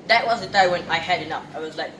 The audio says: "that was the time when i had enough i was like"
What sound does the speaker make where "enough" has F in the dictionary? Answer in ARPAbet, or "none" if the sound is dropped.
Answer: P